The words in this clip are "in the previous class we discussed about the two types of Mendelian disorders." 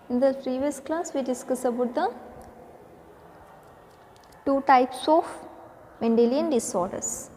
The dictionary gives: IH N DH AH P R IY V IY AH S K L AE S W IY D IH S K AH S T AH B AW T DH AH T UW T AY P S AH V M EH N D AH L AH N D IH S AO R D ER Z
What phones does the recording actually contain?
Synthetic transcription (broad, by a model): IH N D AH P R IY V IY AH S K L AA S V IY D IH S K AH S AH B AW T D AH T UW T AY P S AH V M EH N D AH L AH N D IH S AO R D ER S